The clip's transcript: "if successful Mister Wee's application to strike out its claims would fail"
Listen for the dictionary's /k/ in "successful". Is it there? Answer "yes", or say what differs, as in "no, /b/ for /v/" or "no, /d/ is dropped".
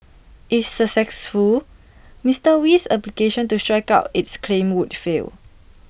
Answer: no, /k/ is dropped